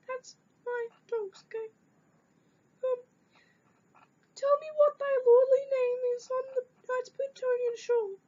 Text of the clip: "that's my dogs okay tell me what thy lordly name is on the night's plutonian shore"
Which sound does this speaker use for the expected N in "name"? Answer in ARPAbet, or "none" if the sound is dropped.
N